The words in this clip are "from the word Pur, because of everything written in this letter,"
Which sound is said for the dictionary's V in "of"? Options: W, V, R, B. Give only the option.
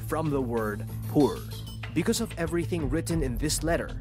V